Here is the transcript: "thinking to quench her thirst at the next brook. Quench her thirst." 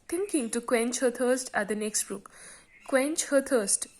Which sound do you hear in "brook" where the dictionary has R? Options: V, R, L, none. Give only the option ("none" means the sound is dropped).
none